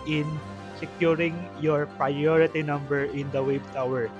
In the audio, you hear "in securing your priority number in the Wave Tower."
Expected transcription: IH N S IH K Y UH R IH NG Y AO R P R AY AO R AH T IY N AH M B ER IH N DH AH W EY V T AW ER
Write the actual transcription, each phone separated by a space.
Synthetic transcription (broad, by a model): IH N S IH K Y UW R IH NG Y AO R P R AY AO R AH T IY N AH M B ER IH N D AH W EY B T AW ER